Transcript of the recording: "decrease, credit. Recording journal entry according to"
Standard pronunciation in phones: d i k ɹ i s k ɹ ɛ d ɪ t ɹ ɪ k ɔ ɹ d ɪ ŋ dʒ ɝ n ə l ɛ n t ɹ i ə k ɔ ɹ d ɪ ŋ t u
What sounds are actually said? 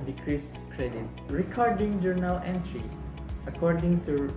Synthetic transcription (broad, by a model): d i k ɹ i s k ɹ ɛ d ɪ t ɹ ɪ k ɔ ɹ d ɪ ŋ dʒ ɝ n ə l ɛ n t ɹ i ə k ɔ ɹ d ɪ ŋ t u